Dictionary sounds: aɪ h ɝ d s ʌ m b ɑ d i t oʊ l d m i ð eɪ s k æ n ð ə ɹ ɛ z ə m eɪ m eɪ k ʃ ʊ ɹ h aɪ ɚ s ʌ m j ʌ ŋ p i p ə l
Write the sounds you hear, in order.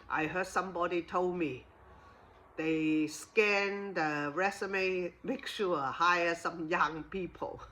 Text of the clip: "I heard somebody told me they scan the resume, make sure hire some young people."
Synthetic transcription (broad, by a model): aɪ h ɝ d s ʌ m b ɑ d i t oʊ l d m i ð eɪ s k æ n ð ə ɹ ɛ s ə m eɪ m eɪ k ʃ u h aɪ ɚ s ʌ m j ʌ ŋ p i p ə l